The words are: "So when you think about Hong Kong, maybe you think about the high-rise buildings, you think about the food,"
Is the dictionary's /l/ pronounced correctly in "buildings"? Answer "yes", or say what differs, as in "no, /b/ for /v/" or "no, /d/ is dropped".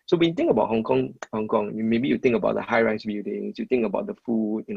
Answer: no, /l/ is dropped